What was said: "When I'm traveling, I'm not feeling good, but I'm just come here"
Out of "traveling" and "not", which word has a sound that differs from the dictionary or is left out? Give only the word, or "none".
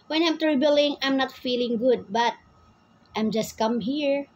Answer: traveling